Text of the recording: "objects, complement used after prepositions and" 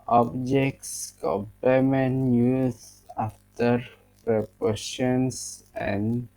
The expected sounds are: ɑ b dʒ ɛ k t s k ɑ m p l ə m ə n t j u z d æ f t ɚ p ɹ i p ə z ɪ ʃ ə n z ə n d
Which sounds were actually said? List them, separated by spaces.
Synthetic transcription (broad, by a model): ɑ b dʒ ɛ k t s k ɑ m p ə m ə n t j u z ɑ f t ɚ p ɹ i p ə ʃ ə n s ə n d